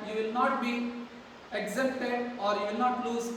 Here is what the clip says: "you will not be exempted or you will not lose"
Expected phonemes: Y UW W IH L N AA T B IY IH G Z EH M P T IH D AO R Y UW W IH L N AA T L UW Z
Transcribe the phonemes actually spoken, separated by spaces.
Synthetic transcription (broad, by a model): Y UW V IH L N AA T B IY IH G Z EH P T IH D AO R Y UW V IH L N AA T L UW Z